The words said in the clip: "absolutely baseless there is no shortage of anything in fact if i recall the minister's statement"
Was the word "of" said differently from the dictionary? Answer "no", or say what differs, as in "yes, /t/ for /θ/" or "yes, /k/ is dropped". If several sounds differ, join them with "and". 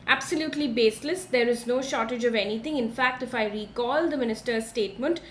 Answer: no